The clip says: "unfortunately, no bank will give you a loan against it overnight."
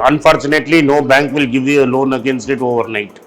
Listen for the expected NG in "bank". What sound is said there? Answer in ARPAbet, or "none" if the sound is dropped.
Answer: NG